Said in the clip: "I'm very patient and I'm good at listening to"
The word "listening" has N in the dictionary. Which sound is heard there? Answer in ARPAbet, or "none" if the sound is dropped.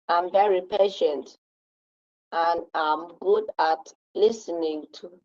N